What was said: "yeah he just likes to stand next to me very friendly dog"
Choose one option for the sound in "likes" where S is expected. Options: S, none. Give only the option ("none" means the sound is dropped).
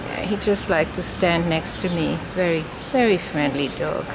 none